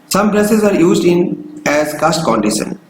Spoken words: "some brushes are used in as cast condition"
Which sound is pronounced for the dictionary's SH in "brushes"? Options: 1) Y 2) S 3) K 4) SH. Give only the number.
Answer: 2